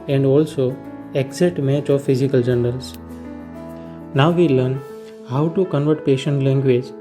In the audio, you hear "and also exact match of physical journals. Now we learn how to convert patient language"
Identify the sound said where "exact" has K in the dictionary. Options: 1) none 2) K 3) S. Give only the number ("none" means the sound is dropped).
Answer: 1